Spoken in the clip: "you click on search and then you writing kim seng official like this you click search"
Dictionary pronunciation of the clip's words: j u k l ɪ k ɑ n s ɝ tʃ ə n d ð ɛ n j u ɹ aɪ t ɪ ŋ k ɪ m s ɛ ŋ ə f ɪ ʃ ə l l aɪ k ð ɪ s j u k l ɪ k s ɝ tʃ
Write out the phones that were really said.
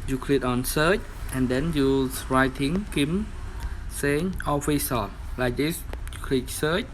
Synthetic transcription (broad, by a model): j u k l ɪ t ɑ n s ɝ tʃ ə n d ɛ n j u ɹ aɪ t ɪ ŋ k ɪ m s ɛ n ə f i s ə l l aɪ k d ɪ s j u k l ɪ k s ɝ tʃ